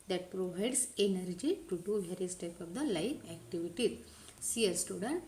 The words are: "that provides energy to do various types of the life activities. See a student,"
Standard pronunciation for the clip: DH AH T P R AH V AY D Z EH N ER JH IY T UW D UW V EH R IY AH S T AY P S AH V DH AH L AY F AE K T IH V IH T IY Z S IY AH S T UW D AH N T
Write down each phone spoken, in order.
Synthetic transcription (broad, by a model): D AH T P R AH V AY D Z EH N ER JH IY T UW D UW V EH R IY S T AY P AH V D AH L AY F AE K T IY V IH T IY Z S IY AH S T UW D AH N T